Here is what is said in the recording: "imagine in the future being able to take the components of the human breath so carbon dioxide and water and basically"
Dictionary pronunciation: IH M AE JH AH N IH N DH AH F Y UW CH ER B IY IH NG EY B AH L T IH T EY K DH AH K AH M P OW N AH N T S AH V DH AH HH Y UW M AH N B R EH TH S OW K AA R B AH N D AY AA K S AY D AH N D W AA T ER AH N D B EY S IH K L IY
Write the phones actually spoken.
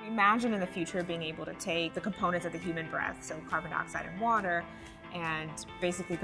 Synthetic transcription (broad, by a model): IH M AE JH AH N IH N DH AH F Y UW CH ER B IY IH NG EY B L T IH T EY K DH AH K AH M P OW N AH N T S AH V DH AH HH Y UW M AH N B R EH TH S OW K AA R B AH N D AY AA K S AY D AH N W AA T ER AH N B EY S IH K L IY